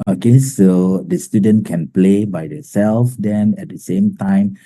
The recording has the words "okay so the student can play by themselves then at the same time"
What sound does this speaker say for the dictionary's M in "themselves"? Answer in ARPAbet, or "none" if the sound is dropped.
none